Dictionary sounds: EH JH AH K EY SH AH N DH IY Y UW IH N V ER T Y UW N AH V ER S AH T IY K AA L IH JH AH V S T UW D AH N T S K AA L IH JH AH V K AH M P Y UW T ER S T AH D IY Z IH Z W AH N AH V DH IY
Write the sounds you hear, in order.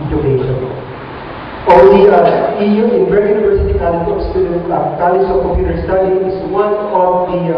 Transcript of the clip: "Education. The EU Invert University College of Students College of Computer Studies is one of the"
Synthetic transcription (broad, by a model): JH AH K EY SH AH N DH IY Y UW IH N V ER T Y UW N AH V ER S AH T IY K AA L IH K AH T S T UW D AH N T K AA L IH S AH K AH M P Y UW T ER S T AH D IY IH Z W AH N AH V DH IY